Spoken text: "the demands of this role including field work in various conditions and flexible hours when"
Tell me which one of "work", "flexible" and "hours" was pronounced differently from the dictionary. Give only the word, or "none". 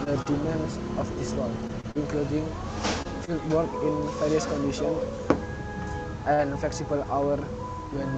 hours